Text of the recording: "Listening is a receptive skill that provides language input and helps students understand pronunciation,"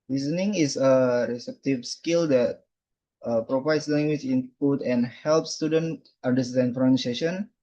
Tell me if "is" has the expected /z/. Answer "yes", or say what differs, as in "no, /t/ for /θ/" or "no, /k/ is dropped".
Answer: no, /s/ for /z/